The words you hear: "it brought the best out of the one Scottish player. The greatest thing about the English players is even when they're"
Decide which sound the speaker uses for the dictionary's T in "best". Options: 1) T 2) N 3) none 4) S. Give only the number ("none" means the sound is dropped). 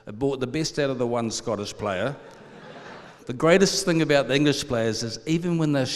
1